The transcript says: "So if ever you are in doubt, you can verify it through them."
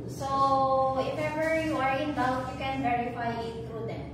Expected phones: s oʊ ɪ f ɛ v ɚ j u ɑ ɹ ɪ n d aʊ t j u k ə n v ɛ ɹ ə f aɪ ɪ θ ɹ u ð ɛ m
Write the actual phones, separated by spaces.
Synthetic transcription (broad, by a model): s oʊ ɪ f ɛ v ɚ j u ɑ ɹ ɪ n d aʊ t j u k ə n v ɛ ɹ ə f aɪ ɪ t ɹ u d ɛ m